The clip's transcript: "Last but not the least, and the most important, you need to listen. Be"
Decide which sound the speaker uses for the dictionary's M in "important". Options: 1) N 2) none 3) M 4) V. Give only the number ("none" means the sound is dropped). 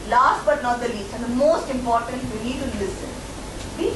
3